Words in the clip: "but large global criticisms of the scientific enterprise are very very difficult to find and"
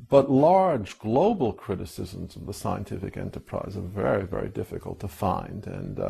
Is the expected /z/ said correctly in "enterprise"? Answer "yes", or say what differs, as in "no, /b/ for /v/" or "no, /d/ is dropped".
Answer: yes